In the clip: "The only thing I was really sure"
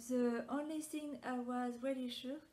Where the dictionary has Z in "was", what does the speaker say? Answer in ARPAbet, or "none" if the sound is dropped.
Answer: Z